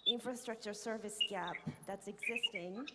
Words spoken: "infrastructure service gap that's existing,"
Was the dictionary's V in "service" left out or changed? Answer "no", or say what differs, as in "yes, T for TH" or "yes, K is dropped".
no